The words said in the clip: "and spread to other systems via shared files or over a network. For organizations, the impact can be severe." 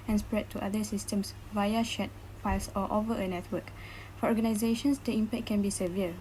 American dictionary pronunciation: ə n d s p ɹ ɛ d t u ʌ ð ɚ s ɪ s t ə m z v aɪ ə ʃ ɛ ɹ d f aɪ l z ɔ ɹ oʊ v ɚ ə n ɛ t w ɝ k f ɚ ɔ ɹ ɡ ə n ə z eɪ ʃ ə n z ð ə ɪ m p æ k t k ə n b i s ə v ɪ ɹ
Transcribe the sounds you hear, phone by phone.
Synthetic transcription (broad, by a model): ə n s p ɹ ɛ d t u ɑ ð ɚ s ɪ s t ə m s v aɪ ə ʃ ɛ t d f aɪ l s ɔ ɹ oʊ v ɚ ə n ɛ t w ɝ k f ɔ ɔ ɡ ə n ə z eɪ ʃ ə n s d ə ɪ m p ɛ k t k ə n b i s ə v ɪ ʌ